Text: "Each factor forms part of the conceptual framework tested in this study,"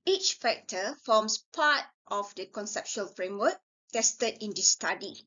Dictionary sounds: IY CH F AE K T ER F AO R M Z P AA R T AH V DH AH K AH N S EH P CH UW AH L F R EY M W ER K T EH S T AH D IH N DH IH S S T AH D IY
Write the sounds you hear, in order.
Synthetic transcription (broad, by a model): IY CH F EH K T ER F AO M S P AA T T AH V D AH K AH N S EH P SH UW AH L F R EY M W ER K T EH S T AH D IH N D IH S S T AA D IY